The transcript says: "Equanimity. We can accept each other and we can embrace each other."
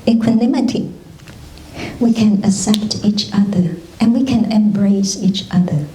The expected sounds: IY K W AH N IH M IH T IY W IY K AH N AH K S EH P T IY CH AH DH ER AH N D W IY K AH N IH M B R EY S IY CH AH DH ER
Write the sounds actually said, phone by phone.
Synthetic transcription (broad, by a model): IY K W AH N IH M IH T IY W IY K AH N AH S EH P T IY CH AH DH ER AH N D W IY K AH N IH M B R EY S IY CH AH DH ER